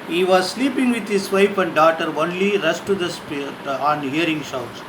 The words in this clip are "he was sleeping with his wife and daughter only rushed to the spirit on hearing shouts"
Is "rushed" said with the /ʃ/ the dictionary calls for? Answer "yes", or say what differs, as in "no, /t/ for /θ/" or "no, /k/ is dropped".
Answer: no, /s/ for /ʃ/